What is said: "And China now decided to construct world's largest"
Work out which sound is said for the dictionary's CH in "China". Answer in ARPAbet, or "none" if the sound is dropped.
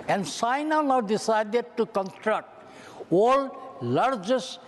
S